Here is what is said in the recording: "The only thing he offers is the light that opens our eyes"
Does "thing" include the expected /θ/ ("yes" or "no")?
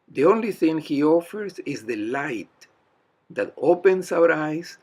yes